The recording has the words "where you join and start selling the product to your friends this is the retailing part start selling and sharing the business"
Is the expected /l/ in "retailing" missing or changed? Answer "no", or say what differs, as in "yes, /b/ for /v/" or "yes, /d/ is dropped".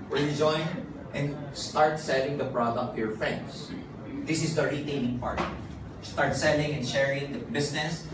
yes, /n/ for /l/